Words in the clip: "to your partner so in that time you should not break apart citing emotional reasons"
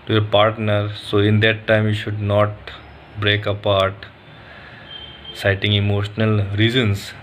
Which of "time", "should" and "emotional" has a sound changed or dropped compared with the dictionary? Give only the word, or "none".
none